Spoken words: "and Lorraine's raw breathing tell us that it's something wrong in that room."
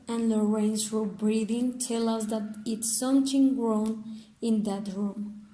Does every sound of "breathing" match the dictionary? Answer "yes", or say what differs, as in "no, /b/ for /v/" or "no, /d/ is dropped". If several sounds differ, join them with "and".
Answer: yes